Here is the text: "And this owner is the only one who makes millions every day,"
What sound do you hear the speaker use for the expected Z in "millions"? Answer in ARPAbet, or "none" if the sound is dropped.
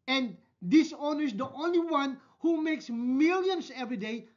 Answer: S